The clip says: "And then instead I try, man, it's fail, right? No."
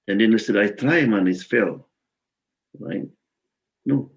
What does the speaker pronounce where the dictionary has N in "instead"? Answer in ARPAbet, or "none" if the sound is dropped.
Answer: none